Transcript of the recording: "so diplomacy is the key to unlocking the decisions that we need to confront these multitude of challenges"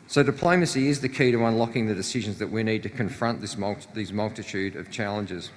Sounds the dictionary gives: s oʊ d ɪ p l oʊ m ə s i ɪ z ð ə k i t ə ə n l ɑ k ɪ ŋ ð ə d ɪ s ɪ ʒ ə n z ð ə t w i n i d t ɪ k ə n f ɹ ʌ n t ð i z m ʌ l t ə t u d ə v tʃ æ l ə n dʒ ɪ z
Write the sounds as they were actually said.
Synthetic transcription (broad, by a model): s oʊ d ɪ p l oʊ m ə s i ɪ z ð ə k i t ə ə n l ɑ k ɪ ŋ ð ə d ɪ s ɪ ʒ ə n z ð ə t w i n i d t ɪ k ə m f ɹ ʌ n t ð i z m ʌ l t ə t u d ə v tʃ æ l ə n dʒ ɪ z